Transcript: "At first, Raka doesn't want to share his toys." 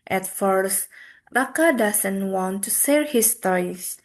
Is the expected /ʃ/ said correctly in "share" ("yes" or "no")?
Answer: no